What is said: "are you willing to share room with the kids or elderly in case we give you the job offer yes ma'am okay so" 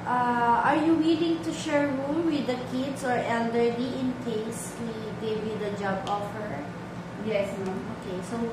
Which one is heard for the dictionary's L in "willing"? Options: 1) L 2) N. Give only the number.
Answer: 1